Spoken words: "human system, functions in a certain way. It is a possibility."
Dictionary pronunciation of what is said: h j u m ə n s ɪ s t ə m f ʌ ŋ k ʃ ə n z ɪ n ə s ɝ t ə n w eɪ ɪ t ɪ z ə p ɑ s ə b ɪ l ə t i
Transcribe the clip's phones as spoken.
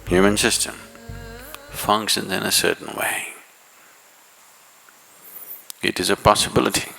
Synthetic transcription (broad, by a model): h j u m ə n s ɪ s t ə m f ʌ ŋ k ʃ ə n z ɪ n ə s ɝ t n w eɪ ɪ t ɪ z ə p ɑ s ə b ɪ l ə t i